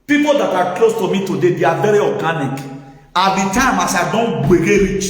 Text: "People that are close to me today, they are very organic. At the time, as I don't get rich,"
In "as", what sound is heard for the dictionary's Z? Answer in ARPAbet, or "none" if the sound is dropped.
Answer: S